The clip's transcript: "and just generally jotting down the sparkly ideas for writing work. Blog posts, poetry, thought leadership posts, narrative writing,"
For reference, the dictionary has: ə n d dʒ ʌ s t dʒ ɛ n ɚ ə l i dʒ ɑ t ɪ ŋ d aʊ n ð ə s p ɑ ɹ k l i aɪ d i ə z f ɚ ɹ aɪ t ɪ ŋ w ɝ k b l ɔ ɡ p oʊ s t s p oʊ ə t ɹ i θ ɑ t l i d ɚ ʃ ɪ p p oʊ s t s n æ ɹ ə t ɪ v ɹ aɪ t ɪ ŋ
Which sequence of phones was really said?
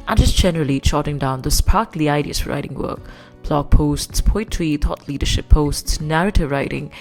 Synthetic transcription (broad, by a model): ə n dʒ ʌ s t dʒ ɛ n ɚ ə l i tʃ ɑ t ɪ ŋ d aʊ n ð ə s p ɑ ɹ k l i aɪ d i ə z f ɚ ɹ aɪ t ɪ ŋ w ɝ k b l ɔ ɡ p oʊ s t s p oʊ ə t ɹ i t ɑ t l i d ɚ ʃ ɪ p p oʊ s t s n æ ɹ ə t ɪ v ɹ aɪ t ɪ ŋ